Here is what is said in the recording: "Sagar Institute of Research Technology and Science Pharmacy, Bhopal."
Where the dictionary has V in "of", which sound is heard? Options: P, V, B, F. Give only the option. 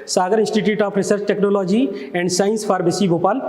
P